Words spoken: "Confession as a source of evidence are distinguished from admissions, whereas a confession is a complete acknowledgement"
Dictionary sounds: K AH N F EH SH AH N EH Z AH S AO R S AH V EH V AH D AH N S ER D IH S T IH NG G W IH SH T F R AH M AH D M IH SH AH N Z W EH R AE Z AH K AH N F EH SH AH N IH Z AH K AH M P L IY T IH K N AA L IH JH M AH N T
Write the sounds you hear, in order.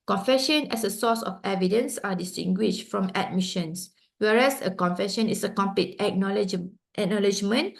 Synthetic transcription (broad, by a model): K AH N F EH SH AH N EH S AH S AO S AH F EH V AH D AH N S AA D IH S T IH NG G W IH SH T F R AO M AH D M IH SH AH N S W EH R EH S AH K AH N F EH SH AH N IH S AH K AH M P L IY T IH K N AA L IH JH M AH N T